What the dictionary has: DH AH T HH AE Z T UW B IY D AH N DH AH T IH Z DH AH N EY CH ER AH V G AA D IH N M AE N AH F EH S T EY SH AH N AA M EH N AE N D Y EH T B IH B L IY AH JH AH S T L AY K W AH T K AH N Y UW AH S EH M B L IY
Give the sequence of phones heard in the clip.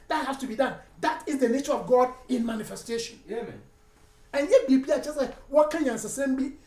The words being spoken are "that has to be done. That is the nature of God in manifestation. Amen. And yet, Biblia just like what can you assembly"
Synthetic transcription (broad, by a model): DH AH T HH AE S T UW B IY D AH N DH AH T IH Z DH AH N EY CH ER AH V G AA D IH N M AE N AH F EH S T EY SH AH N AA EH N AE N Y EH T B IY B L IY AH JH AH S T L AY K W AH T K AH N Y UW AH S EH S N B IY